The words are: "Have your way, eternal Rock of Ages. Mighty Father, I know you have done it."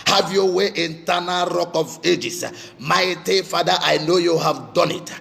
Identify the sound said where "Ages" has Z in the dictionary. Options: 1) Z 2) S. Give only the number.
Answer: 2